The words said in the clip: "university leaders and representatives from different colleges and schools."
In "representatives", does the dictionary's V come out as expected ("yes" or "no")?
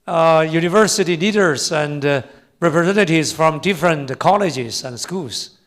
no